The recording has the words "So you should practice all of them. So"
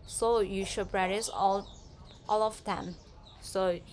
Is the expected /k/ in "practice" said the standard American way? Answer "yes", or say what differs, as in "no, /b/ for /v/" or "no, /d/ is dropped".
no, /k/ is dropped